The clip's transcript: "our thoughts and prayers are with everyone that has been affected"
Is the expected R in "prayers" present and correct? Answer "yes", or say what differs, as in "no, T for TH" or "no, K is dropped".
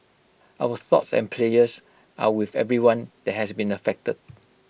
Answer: no, L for R